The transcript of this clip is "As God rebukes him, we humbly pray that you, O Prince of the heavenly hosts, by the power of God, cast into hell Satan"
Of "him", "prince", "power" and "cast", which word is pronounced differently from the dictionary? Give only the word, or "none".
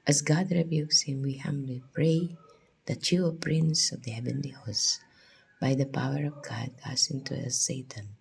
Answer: cast